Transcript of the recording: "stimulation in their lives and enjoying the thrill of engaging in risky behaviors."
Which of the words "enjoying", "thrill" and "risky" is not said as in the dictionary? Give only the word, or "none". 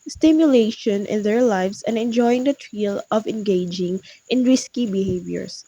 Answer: thrill